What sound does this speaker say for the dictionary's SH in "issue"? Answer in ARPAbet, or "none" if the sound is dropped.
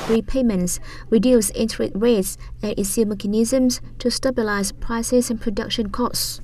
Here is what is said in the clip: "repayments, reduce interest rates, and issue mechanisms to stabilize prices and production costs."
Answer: S